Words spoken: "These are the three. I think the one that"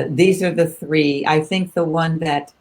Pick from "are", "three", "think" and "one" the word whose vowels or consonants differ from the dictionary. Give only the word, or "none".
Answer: none